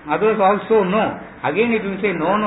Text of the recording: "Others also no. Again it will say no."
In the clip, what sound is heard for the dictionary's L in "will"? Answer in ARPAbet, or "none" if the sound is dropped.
N